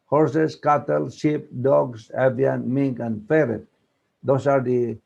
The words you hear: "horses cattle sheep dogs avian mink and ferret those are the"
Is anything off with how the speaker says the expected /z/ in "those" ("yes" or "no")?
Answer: yes